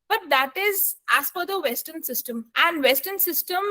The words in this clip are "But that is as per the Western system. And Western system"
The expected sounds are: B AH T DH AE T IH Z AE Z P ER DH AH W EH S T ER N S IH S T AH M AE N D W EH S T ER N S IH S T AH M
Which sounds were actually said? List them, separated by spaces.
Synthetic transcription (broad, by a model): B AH T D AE T IH Z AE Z F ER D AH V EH S T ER N S IH S T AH M AE N D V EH S T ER N S IH S T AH M